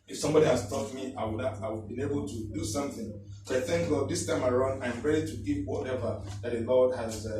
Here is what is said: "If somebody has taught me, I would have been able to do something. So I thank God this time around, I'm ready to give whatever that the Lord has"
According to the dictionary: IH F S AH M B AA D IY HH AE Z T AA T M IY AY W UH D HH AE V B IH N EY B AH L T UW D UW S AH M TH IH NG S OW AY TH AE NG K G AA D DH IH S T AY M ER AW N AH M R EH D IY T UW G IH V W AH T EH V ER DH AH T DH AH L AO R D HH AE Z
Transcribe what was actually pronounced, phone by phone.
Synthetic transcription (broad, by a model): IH F S AH M B AA D IY HH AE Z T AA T M IY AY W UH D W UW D B IH N EY B AH L T UW D UW S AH M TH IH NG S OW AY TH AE NG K G AA D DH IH S T AY M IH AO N AH M R EH D IY T UW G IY P W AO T EH V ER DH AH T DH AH L AO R D HH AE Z